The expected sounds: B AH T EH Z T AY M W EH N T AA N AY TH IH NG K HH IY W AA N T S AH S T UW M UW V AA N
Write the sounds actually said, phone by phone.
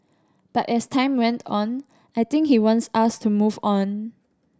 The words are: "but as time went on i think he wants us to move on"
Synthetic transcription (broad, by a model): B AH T EH S T AY M W EH N T AA N AY T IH NG K HH IY W AA N T S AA S T UW M UW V AA N